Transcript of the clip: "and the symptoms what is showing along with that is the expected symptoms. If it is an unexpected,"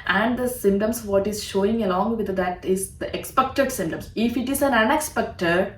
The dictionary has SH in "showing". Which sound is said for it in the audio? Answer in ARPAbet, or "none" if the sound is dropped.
SH